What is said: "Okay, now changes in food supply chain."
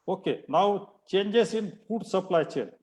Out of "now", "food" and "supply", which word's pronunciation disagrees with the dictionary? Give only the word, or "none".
food